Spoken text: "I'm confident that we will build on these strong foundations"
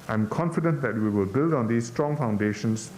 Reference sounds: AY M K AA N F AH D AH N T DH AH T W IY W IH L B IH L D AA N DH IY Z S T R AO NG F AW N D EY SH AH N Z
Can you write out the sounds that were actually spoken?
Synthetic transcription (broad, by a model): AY M K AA N F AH D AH N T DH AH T W IY W IH L B IH L D AA N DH IY S T R AO NG F AW N D EY SH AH N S